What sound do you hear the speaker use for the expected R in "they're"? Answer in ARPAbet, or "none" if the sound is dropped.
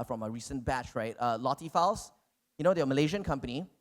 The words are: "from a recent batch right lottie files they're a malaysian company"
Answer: W